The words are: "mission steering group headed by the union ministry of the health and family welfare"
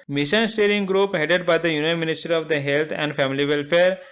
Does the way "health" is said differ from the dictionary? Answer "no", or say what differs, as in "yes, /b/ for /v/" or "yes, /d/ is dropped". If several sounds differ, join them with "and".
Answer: yes, /t/ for /θ/